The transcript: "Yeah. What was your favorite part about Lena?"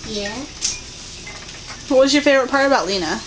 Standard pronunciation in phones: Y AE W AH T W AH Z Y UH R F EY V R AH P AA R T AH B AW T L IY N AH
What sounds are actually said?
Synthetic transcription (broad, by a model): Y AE W AH T W AH Z Y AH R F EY R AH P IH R AH B AW T L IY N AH